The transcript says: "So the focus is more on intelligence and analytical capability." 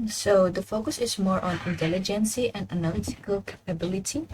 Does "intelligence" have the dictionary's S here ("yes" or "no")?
yes